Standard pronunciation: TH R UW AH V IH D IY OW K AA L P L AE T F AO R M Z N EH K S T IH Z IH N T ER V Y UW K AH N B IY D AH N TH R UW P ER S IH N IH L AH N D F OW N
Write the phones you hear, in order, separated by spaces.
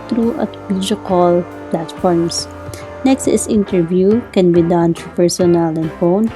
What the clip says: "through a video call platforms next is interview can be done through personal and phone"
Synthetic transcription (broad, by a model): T R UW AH B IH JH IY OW K AA L P L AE T F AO R M S N EH K S T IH S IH N T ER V Y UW K AH N B IY D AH N T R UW P ER S IH N IH L AH N D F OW N